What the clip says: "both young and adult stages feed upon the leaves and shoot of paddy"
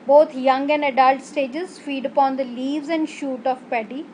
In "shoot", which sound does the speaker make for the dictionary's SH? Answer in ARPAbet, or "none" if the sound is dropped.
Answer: SH